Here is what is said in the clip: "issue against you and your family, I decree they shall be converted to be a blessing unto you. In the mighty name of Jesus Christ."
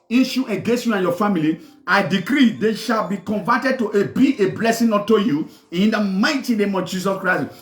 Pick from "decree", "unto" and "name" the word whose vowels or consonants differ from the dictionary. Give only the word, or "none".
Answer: unto